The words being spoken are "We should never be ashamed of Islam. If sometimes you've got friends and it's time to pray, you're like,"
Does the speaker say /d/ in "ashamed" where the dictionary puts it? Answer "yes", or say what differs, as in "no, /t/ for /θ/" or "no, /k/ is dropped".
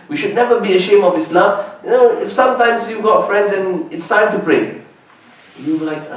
no, /d/ is dropped